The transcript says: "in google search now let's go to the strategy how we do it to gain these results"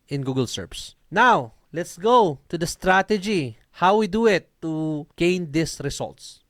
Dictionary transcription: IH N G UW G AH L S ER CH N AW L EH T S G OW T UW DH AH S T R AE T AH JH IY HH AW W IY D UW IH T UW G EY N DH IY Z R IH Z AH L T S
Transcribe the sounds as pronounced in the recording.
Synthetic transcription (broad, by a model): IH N G UW G AH L S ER S N AW L EH T S G OW T UW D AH S T R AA T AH JH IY HH AW W IY D UW IH T UW G EY N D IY S R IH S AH L T S